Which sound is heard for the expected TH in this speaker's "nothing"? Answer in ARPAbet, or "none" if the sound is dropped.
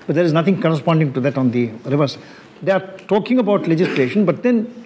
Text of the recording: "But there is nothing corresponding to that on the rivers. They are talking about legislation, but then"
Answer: T